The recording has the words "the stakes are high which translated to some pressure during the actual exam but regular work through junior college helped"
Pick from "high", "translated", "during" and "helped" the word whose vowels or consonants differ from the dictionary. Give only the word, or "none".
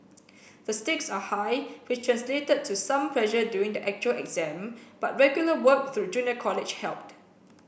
during